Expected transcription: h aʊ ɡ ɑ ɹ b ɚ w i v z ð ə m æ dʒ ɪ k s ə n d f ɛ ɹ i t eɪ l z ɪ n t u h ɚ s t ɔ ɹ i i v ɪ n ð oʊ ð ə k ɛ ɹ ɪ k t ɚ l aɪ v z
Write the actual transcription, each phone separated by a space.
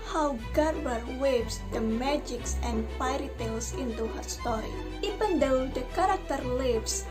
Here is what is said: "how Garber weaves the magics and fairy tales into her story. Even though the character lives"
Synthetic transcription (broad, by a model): h aʊ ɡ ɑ ɹ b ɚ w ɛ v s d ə m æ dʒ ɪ k s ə n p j ɹ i t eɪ l s ɪ n t u h ɚ s t ɔ ɹ i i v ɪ n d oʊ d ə k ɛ ɹ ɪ k t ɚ l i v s